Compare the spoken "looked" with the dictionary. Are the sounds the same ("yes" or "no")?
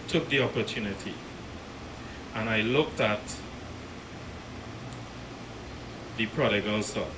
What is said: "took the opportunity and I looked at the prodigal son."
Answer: yes